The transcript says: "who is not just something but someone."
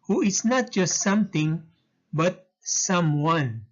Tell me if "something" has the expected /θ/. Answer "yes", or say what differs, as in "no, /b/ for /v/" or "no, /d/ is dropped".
no, /t/ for /θ/